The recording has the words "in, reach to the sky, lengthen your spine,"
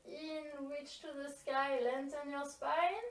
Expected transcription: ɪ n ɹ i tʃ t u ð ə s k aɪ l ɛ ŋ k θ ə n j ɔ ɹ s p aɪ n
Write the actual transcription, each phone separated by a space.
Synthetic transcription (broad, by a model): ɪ n w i tʃ t u ð ə s k aɪ l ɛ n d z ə n j ɔ ɹ s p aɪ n